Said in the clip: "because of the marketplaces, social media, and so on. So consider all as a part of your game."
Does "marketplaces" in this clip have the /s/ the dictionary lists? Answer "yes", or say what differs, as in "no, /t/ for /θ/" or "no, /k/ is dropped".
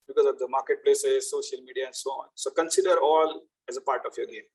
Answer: yes